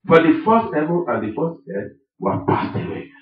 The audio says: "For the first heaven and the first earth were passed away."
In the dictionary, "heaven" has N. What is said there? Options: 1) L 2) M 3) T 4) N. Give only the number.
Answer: 1